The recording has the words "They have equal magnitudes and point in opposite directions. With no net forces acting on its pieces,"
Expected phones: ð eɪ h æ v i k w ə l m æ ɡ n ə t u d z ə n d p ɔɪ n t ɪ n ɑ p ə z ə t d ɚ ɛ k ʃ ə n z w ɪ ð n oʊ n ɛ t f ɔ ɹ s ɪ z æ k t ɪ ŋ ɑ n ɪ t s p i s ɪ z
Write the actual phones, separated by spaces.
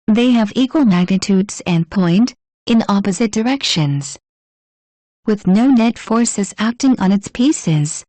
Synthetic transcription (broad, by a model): ð eɪ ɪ v i k w ə l m æ ɡ n ə t u d z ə n p ɔɪ n t ɪ n ɑ p ə z ə t d ɚ ɛ k ʃ ə n z w ɪ ð n oʊ n ɛ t f ɔ ɹ s ɪ z æ k t ɪ ŋ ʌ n ɪ t s p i s ɪ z